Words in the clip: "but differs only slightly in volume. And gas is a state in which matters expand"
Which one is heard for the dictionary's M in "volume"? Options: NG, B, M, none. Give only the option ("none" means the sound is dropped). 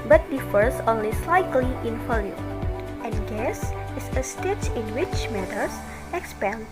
none